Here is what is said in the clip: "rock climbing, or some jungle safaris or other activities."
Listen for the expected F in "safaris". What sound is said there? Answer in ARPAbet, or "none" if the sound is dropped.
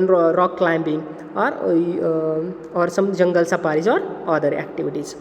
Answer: P